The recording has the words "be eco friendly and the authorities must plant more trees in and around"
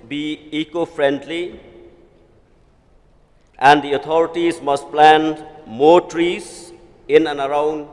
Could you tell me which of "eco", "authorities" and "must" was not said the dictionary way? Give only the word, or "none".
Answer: authorities